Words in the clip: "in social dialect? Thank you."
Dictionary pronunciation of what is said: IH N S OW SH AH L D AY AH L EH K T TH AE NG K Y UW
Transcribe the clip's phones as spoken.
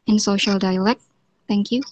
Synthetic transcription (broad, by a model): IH N S OW SH AH L D AY AH L EH K T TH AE NG K Y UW